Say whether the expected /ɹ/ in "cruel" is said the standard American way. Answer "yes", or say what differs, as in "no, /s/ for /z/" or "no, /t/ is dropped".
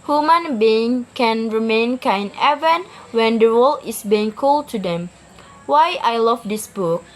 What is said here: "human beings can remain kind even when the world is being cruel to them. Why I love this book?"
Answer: no, /ɹ/ is dropped